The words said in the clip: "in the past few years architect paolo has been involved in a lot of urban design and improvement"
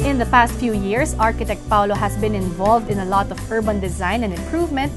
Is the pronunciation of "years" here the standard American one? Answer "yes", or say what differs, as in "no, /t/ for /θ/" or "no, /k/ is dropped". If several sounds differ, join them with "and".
no, /s/ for /z/